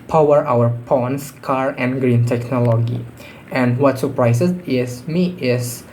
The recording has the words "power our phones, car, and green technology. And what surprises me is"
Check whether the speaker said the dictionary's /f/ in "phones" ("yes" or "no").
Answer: no